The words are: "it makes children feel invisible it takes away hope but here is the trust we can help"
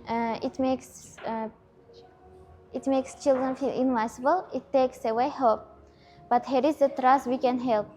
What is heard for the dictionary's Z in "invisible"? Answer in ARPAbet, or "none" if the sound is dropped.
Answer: S